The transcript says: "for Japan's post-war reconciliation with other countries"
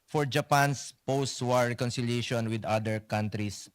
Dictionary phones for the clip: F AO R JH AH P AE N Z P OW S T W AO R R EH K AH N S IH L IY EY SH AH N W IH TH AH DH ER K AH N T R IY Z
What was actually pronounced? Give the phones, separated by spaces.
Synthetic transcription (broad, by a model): F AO R JH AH P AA N S P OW S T W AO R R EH K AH N S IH L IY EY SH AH N W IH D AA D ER K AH N T R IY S